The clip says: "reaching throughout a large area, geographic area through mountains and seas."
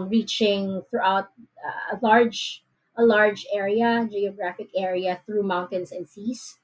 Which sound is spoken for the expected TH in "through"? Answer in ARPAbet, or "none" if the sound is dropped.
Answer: TH